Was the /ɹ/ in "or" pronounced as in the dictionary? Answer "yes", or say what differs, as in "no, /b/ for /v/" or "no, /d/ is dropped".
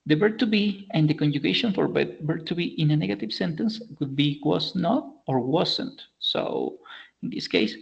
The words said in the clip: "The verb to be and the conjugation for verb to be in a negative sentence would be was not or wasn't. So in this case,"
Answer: yes